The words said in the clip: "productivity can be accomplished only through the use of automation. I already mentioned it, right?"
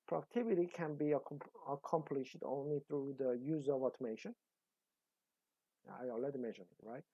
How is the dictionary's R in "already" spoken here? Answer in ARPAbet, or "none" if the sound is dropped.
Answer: none